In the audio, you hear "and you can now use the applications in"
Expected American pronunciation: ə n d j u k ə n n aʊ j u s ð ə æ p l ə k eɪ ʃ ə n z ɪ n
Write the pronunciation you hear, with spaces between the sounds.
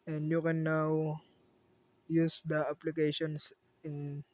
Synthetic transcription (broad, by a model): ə n d j u k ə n n aʊ j u s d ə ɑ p l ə k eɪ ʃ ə n s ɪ n